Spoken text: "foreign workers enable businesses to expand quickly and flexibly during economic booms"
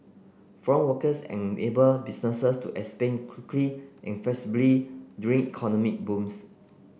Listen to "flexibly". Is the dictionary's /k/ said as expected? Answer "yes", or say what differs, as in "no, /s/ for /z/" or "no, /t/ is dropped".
no, /k/ is dropped